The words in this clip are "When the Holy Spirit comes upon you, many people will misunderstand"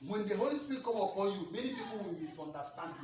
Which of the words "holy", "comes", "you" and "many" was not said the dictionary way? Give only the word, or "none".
comes